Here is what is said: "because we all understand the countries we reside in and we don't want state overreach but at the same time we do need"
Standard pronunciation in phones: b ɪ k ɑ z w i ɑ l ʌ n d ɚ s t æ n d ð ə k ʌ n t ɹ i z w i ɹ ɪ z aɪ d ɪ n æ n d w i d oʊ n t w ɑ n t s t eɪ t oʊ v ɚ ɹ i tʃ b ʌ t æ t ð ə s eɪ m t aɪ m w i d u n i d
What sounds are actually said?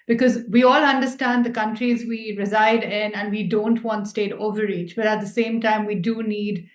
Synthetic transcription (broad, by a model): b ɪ k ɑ z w i ɑ l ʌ n d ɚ s t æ n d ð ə k ʌ n t ɹ i z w i ɹ ɪ z aɪ d ɪ n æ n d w i d oʊ n t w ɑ n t s t eɪ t oʊ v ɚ ɹ i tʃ b ʌ t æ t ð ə s eɪ m t aɪ m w i d u n i d